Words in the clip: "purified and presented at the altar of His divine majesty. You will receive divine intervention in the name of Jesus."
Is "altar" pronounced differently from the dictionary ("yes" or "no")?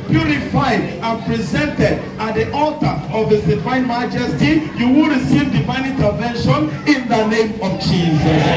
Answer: no